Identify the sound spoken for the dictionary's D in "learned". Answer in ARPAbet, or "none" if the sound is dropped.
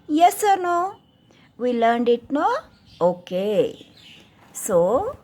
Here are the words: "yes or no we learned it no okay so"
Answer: D